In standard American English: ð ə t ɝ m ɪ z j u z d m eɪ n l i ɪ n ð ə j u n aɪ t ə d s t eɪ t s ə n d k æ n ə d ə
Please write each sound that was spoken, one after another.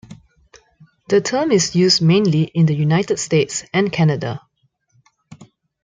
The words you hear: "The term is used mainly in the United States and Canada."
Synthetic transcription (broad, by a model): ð ə t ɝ m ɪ s j u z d m eɪ n l i ɪ n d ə j u n aɪ t ə d s t eɪ t s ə n k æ n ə d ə